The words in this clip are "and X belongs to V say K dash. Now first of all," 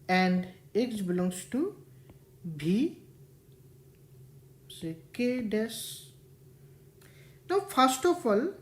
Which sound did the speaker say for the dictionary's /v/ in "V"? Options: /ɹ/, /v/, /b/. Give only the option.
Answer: /b/